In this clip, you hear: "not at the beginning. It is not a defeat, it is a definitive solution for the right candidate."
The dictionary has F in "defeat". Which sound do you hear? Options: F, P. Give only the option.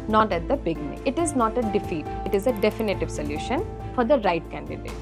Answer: F